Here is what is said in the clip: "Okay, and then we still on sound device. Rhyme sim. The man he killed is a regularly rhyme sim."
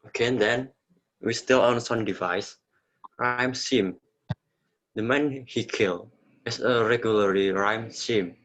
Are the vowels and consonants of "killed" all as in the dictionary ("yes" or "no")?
no